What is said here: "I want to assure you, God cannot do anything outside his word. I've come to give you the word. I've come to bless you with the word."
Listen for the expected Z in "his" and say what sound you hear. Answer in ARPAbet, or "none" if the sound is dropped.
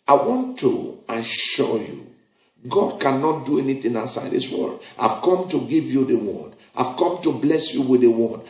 S